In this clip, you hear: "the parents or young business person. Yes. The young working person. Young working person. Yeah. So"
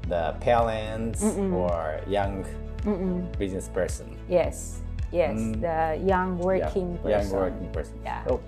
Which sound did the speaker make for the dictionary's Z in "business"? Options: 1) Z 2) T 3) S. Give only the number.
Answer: 1